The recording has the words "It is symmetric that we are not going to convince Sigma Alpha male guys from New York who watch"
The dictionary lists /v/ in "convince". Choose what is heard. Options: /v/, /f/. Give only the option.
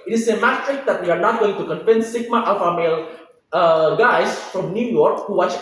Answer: /f/